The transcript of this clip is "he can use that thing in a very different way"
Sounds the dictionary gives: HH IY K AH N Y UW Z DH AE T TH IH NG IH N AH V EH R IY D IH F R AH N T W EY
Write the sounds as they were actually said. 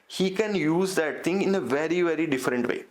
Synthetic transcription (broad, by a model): HH IY K AH N Y UW Z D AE T T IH NG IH N AH V EH R IY D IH F R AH N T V EY